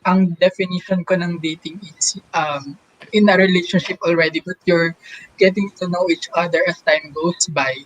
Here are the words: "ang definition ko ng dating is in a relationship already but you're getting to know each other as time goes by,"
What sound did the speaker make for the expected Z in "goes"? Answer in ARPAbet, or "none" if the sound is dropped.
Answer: S